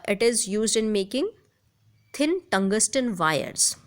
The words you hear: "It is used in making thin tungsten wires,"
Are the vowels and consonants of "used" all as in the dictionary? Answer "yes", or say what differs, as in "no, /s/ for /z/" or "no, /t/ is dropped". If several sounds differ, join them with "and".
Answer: yes